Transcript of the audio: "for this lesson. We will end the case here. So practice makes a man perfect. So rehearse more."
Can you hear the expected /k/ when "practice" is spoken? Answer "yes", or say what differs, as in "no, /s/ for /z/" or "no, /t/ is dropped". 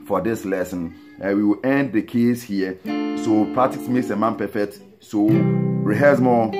no, /k/ is dropped